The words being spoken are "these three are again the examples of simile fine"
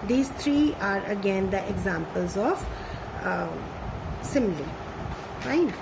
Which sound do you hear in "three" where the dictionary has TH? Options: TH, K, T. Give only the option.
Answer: T